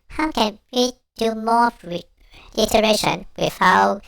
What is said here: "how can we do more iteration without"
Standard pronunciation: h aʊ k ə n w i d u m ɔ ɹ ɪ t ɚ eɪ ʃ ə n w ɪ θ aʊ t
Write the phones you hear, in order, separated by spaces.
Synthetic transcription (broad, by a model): h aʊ k ə n w i d u m ɔ l ɪ t ɚ eɪ ʃ ə n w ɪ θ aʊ